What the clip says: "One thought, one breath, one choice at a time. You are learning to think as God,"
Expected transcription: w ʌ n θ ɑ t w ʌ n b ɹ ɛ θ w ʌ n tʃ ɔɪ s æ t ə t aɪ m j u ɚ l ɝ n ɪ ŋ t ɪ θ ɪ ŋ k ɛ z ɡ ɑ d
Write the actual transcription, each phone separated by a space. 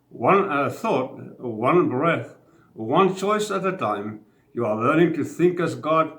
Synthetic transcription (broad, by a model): w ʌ n θ ɑ t w ʌ n b ɹ ɛ θ w ʌ n tʃ ɔɪ s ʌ t ə t aɪ m j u ɚ l ɝ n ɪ ŋ t ɪ θ ɪ ŋ k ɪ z ɡ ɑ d